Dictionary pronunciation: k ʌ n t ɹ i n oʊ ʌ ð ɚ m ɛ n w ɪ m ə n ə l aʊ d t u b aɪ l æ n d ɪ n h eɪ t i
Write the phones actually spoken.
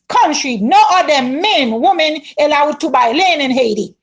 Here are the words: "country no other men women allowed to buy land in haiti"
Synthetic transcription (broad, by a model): k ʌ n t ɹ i n oʊ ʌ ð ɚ m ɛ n w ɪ m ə n ə l aʊ d t u b aɪ l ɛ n ɪ n h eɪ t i